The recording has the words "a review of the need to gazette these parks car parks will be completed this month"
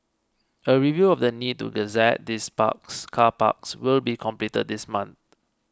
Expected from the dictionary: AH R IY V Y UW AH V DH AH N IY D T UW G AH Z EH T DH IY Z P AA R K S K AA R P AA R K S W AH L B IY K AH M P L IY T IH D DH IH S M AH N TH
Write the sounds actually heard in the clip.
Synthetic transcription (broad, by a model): AH R IY V Y UW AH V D AH N IY D T UW G AH Z EH T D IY S P AA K S K AA P AA K S W AH L B IY K AH M P L IY T IH D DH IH S M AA N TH